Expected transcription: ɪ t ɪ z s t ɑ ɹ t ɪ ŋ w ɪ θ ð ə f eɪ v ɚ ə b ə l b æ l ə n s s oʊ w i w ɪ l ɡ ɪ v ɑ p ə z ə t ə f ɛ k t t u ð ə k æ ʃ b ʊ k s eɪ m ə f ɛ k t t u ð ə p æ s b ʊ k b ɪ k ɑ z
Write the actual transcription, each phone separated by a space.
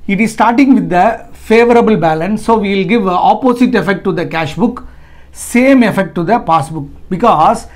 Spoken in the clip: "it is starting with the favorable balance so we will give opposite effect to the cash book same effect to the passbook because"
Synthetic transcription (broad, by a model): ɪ t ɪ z s t ɑ ɹ t ɪ ŋ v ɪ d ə f eɪ v ɚ ə b ə l b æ l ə n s s oʊ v i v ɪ l ɡ ɪ v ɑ p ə s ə t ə f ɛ k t t u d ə k æ ʃ b ʊ k s eɪ m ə f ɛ k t t u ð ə p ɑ s b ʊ k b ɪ k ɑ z